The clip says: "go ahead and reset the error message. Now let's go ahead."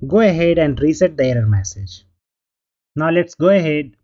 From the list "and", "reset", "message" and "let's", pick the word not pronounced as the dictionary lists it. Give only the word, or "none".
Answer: none